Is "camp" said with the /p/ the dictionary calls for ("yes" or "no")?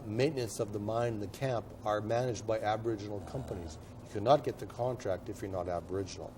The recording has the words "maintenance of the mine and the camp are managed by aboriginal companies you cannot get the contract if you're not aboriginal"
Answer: yes